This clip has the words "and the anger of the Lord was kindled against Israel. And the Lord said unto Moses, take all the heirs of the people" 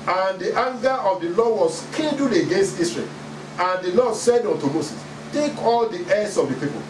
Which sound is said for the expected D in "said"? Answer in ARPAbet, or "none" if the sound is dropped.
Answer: D